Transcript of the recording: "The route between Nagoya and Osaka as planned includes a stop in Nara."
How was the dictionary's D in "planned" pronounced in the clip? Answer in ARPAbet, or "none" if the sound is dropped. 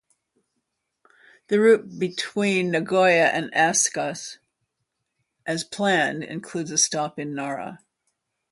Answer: D